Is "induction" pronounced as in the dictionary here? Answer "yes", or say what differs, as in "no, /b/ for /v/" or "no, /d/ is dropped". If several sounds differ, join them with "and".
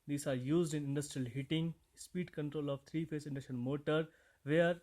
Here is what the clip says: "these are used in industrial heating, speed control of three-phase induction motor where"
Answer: no, /k/ is dropped